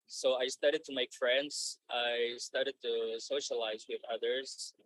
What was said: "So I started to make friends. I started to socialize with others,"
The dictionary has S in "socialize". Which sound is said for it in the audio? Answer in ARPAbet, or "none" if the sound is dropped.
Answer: S